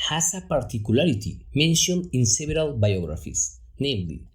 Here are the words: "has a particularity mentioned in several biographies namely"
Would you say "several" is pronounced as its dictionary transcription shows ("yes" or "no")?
no